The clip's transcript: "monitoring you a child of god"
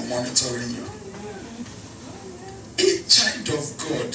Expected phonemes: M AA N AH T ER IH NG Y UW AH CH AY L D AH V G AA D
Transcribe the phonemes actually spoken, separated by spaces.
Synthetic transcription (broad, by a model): M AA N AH T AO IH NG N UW AH CH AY N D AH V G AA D